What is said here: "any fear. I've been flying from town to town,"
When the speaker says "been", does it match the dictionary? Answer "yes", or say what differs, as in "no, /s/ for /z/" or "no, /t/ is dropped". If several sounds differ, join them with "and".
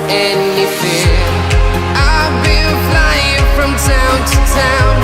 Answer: no, /l/ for /n/